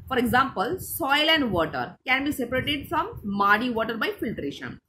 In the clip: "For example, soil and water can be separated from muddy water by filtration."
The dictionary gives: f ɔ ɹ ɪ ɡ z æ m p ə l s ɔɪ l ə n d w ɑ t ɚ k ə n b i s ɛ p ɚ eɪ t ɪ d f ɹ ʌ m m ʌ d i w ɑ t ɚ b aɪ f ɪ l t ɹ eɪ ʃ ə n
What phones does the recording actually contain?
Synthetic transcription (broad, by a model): f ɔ ɹ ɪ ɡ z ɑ m p ə l s ɔɪ l ə n d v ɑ t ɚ k ə n b i s ɛ p ɚ eɪ t ɪ d f ɹ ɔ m m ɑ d i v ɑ t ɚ b aɪ f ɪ l t ɹ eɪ ʃ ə n